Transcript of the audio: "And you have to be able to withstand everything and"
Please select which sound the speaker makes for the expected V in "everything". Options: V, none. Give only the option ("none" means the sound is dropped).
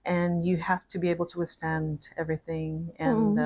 V